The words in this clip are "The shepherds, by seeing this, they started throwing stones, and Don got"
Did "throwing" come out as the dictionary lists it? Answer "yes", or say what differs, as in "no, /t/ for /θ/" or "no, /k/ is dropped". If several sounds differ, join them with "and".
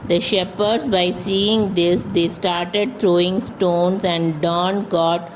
no, /t/ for /θ/